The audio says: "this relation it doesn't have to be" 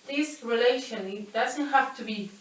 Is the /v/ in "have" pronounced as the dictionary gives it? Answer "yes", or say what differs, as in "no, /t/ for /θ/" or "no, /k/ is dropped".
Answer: no, /f/ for /v/